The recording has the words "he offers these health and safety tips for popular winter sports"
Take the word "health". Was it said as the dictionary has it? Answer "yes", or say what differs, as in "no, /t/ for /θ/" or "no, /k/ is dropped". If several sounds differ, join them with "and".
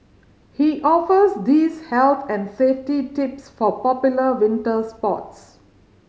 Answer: no, /t/ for /θ/